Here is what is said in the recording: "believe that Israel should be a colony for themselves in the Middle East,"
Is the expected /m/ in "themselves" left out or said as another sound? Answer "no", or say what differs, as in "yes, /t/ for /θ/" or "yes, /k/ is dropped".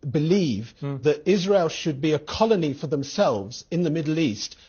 no